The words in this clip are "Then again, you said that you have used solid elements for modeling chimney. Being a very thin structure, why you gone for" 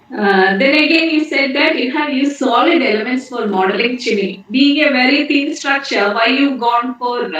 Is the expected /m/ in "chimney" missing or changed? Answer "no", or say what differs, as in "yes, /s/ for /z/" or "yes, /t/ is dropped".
yes, /m/ is dropped